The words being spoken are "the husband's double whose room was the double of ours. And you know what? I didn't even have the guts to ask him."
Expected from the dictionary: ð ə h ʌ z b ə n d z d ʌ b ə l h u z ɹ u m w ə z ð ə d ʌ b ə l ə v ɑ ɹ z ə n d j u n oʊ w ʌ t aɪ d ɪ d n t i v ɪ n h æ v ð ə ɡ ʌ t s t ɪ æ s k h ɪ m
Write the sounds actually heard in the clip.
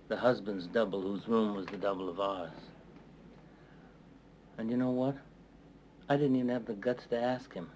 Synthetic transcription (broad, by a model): ð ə h ʌ z b ə n d z d ʌ b l h u z ɹ u m w ə z ð ə d ʌ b l ə v ɑ ɹ z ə n j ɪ n oʊ w ʌ t aɪ d ɪ d n t i v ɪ n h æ v ð ə ɡ ʌ t s t ɪ æ s k h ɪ m